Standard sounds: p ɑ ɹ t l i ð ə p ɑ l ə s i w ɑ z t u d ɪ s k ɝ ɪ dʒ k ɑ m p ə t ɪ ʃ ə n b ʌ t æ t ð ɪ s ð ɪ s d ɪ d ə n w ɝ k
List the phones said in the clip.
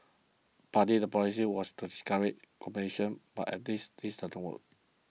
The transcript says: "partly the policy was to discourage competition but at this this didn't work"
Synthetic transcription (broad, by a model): p ɑ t i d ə p ɑ l ə s i w ɑ s t u d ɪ s k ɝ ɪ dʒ k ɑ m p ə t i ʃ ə n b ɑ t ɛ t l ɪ s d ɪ s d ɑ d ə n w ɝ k